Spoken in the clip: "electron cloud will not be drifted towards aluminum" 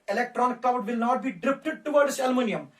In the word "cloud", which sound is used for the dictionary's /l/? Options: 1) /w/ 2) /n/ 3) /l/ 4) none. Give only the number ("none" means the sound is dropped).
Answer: 4